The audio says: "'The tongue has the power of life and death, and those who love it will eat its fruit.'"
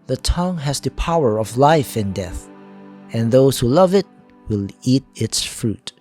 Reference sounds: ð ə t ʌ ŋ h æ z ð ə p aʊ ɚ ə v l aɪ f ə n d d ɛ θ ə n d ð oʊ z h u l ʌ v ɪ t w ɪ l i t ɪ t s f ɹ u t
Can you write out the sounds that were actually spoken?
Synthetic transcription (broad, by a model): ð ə t ʌ ŋ h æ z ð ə p aʊ ɚ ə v l aɪ f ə n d d ɛ θ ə n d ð oʊ s h u l ʌ v ɪ t w ɪ l i t ɪ t s f ɹ u t